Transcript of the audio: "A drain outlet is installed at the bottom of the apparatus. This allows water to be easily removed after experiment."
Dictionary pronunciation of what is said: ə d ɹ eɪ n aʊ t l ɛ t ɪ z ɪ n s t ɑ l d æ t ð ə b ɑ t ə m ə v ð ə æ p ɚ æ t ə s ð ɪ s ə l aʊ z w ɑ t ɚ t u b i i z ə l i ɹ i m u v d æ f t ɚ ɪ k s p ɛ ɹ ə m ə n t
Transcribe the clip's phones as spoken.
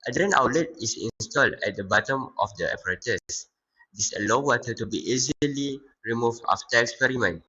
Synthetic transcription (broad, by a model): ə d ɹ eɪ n aʊ l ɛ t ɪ s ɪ n s t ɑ l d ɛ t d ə b ɑ t ə m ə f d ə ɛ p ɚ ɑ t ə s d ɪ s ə l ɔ w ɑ t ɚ t u b i i z ə l i ɹ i m u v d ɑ f t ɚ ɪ k s p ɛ ɹ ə m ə n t